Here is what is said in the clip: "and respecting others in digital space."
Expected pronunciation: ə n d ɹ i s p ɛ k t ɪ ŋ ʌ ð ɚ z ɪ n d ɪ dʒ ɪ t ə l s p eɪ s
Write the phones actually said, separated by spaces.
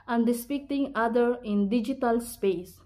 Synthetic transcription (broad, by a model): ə n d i s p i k t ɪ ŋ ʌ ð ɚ ɪ n d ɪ dʒ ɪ t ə l s p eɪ s